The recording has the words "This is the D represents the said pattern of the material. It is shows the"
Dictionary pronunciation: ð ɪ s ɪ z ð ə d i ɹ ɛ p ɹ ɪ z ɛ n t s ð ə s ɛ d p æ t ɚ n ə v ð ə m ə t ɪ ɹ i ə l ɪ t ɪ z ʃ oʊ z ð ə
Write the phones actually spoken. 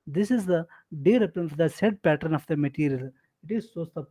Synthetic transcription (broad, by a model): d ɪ s ɪ z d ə d i ɹ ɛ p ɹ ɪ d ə s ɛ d p æ t ɚ n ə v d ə m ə t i ɹ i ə l ɪ t ɪ z s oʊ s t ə